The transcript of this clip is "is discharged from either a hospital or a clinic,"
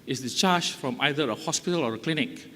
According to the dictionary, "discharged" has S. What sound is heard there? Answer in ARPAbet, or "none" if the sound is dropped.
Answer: none